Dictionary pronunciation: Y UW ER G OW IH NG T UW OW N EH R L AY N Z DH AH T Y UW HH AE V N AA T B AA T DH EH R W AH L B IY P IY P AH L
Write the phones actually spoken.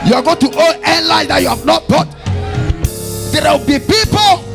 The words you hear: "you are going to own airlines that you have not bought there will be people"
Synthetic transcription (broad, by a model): Y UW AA G OW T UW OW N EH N L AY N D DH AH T Y UW HH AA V N AA T B AA T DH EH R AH W B IY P IY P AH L